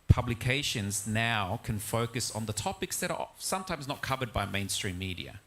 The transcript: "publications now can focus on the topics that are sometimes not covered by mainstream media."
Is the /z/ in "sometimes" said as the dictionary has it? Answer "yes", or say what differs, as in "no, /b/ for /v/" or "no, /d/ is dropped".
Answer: yes